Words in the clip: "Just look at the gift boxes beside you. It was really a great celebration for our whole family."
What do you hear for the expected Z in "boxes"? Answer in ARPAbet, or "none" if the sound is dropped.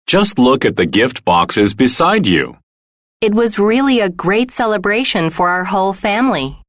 Z